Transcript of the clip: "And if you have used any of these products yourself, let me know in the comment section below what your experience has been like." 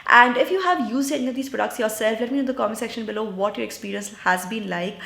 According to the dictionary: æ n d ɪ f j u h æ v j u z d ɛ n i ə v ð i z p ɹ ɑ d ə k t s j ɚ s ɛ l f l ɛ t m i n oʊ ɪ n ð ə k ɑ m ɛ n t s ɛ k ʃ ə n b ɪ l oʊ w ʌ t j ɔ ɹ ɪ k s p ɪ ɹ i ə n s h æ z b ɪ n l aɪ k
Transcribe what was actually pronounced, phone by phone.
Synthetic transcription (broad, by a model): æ n d ɪ f j u h æ v j u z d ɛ i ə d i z p ɹ ɑ d ə k t s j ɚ s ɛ l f l ɛ t m i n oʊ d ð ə k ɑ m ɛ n s ɛ k ʃ ə n b ɪ l oʊ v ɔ t j ɔ ɹ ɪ k s p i ɹ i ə n s h æ z b ɪ n l aɪ k